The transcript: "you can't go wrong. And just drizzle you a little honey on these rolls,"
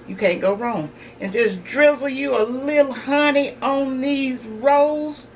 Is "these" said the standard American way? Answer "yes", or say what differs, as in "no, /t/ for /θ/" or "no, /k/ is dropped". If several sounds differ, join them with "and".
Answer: yes